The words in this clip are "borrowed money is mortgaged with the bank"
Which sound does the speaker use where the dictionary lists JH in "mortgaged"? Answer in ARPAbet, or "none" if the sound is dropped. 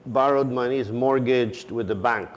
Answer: JH